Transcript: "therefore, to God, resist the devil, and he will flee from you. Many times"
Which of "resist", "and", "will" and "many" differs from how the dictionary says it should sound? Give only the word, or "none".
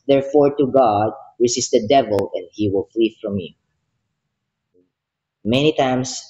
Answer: resist